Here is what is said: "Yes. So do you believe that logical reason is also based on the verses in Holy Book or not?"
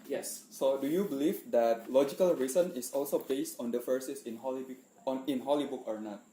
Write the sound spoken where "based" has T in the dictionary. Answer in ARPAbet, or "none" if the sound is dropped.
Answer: T